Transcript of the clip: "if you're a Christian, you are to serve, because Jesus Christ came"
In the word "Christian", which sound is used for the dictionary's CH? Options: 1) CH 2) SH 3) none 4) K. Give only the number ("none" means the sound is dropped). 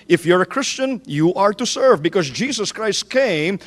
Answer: 1